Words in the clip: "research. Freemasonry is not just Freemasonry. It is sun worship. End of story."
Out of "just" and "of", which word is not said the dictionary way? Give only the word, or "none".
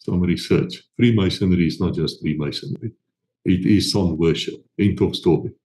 of